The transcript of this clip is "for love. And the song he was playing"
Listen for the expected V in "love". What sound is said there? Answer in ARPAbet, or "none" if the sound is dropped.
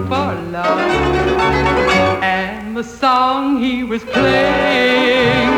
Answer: none